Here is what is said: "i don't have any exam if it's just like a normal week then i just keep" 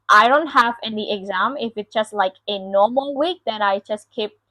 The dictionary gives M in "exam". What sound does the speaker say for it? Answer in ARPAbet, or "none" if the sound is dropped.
M